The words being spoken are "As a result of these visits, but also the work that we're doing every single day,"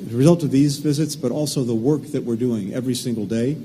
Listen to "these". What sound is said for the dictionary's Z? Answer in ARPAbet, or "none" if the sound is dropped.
Z